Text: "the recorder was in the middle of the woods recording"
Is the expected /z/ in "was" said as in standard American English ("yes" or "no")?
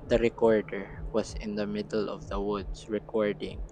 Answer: no